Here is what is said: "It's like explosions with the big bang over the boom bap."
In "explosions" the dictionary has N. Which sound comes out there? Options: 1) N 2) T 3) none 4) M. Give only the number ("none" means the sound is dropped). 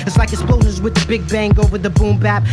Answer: 3